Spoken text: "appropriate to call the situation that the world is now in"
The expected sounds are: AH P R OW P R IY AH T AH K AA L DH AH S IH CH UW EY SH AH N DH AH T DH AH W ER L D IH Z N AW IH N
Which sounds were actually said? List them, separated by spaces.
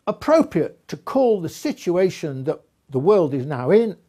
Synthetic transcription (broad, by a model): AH P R OW P R IY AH T AH K AA L DH AH S IH CH UW EY SH AH N DH AH T DH AH W ER L D IH Z N AW IH N